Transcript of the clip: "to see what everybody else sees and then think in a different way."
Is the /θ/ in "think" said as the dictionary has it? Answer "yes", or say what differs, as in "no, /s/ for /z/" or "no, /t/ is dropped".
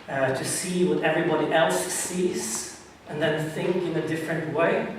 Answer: yes